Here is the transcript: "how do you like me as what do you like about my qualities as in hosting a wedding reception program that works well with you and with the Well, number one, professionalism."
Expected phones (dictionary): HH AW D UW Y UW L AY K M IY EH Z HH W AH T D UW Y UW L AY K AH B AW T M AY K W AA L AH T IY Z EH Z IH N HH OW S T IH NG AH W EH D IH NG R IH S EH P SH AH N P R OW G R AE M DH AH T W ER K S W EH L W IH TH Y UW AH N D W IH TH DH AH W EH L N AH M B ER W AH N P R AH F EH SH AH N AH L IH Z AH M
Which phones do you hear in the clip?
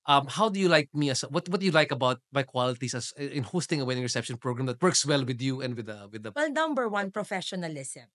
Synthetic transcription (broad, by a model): HH AW D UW Y UW L AY K M IY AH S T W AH T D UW Y UW L AY K AH B AW T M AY K W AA L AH T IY S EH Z IH N HH OW S T IH NG AH W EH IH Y R IH S EH P SH AH N P R OW G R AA M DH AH T W ER K S W EH L W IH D Y UW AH N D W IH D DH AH W EH L N AH M B ER W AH N P R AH F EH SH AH N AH L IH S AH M